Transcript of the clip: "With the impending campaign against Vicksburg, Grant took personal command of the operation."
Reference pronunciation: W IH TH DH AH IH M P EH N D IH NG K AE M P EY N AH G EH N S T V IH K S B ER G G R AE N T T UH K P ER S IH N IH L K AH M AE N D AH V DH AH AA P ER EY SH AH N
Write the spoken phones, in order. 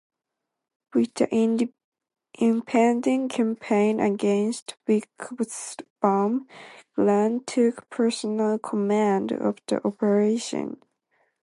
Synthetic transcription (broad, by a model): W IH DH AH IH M P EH N D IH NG K AE M P EY N AH G EH N S T W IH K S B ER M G L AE N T T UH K P ER S IH N IH L K AH M AE N D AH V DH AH AA P ER EY SH AH N